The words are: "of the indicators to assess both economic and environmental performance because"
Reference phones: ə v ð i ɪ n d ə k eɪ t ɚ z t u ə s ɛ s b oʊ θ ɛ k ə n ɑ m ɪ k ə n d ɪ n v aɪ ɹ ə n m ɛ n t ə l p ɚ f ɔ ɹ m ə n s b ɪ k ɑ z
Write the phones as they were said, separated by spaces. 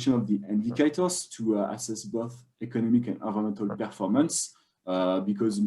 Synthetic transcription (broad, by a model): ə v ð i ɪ n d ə k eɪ t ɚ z t u ə s ɛ s b oʊ θ ɛ k ə n ɑ m ɪ k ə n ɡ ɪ v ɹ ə m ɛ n t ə l p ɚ f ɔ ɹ m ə n s b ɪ k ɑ z